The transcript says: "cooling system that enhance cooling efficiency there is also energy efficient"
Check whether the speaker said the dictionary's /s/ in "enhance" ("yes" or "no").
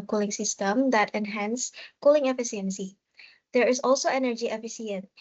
yes